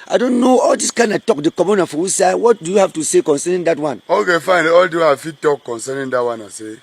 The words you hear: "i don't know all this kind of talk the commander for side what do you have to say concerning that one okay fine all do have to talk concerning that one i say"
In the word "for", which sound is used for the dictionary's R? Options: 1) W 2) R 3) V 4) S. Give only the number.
1